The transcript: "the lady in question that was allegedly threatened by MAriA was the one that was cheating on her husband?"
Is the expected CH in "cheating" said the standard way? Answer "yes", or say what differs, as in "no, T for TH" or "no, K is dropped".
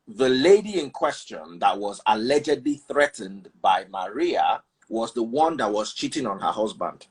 yes